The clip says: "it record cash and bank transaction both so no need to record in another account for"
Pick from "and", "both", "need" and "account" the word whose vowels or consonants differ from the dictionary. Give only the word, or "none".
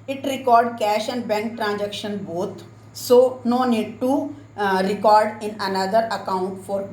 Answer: both